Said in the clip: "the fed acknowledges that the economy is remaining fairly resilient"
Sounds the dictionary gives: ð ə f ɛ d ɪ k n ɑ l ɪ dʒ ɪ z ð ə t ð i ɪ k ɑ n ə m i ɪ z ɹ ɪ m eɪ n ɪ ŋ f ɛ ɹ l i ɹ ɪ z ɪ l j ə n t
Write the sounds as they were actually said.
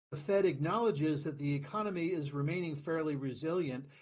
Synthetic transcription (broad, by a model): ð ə f ɛ d ɪ k n ɑ l ɪ dʒ ɪ z ð ə t ð i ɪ k ɑ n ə m i ɪ z ɹ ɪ m eɪ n ɪ ŋ f ɛ ɹ l i ɹ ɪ z ɪ l j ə n t